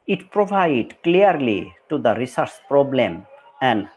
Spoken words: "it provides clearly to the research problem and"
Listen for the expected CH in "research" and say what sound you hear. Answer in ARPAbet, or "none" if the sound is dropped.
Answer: S